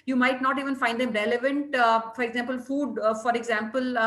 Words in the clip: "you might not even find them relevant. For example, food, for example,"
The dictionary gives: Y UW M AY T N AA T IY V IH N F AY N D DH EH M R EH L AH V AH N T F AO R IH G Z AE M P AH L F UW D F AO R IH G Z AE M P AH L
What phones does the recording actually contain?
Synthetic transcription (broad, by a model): Y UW M AY T N AA T IY V IH N F AY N D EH M R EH L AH V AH N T F AO R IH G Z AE M P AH L F UW D F AO R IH G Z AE M P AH L